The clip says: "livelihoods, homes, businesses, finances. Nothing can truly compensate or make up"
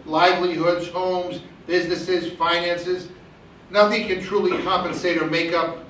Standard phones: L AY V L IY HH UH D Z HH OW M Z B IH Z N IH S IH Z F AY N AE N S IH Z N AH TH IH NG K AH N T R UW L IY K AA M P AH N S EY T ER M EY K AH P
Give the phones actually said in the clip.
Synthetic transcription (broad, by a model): L AY V L IY HH UH D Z HH OW M Z B IH Z N IH S IH Z F AY N AE N S IH Z N AH TH IH NG K AH N T R UW L IY K AA M P AH N S EY T ER M EY K AH P